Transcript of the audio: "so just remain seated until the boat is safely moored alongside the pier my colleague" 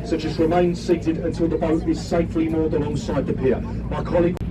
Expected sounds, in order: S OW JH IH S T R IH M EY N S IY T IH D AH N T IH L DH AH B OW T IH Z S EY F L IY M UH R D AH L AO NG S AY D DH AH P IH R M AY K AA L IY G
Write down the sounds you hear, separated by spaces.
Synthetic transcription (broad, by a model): S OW CH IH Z R IH M EY N S IY T IH D AH N T IH L DH AH B OW T IH Z S EY F L IY M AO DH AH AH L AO NG S AY D DH AH P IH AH M AY K AA L IY G